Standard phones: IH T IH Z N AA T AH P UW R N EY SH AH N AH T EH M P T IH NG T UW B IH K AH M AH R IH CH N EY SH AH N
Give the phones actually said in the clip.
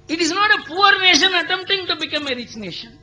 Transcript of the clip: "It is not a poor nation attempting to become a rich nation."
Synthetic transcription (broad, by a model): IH T IH Z N AA T AH P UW R N EY SH AH N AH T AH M T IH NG T UW B IH K AH M AH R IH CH N EY SH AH N